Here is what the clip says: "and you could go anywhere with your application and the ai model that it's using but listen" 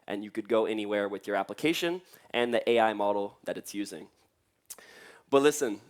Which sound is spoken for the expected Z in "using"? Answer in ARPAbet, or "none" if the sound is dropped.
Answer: Z